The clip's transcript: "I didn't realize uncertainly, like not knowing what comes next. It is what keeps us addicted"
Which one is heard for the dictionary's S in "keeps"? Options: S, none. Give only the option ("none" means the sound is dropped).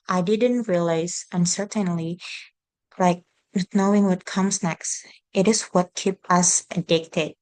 none